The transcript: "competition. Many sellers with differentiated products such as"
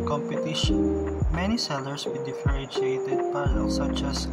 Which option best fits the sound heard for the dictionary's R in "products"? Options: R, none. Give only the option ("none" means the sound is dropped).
none